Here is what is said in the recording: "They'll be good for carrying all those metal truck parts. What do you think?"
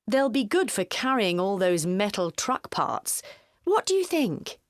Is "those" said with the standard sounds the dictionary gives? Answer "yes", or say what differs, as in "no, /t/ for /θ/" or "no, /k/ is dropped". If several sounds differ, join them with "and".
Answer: yes